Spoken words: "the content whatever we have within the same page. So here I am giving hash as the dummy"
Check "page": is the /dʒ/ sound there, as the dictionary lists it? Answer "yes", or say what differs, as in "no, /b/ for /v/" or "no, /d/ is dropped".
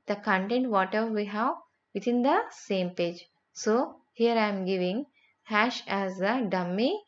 yes